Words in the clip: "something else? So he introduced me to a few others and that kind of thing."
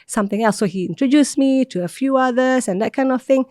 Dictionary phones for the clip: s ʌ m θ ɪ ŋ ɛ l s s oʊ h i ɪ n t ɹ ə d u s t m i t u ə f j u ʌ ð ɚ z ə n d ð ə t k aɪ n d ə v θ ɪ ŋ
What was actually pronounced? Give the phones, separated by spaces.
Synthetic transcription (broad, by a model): s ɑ m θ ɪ ŋ ɛ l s s oʊ h i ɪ n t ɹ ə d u s m i t u ə f j u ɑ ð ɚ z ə n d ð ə t k aɪ n d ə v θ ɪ ŋ